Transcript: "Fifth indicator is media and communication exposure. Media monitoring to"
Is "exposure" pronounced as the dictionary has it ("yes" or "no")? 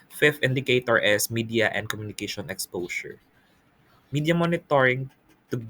no